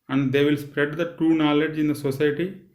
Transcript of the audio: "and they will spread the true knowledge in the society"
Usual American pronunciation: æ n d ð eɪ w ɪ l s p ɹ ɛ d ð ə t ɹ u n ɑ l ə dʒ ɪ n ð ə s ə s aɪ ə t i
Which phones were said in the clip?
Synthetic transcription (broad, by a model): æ n d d eɪ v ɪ l s p ɹ ɛ d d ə t u n ɑ l ə dʒ ɪ n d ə s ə s aɪ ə t i